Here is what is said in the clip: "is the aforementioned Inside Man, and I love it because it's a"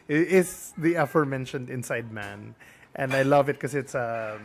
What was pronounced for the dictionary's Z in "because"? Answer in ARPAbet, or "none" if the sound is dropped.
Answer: none